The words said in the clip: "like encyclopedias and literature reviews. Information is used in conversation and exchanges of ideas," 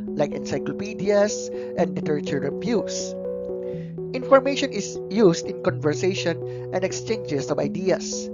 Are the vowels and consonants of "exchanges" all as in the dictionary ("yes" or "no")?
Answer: no